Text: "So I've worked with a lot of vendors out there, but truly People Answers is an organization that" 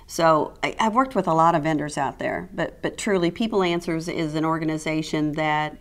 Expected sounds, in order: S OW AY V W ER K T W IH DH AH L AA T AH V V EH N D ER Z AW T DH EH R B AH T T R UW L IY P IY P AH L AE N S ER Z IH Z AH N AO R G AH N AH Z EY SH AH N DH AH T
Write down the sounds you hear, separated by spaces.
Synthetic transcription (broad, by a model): S OW AY V W ER K T W IH DH AH L AA T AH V V EH N D ER Z AW T DH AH R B AH T T R UW L IY P IY P L AE N S ER Z IH Z AH N AO R G AH N AH Z EY SH AH N DH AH T